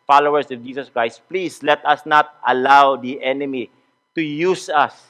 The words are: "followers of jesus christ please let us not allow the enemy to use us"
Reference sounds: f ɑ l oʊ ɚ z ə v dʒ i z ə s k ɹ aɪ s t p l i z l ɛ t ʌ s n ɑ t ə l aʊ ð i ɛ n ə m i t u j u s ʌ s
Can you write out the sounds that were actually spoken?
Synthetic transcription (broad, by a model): f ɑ l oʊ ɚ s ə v dʒ i s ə s k ɹ aɪ s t p l i s l ɛ t ʌ s n ɑ t ə l aʊ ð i ɛ n ə m i t u j u s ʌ s